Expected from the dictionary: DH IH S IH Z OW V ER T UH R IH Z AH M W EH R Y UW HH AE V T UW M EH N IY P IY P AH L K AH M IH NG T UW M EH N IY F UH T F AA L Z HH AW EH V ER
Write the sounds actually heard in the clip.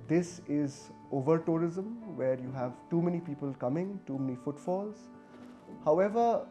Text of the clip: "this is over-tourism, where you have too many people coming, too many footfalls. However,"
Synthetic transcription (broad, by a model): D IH S IH Z OW V ER T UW R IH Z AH M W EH R Y UW HH AE V T UW M EH N IY P IY P AH L K AH M IH NG T UW M EH N IY F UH T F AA L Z HH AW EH V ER